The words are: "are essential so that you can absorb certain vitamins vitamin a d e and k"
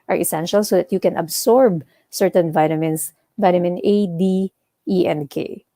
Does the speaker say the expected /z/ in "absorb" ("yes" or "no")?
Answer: no